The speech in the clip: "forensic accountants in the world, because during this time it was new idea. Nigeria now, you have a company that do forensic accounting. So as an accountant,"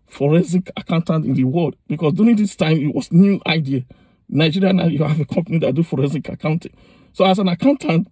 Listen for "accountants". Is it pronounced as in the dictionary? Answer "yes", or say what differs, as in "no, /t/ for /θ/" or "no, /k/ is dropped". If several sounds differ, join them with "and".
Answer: no, /s/ is dropped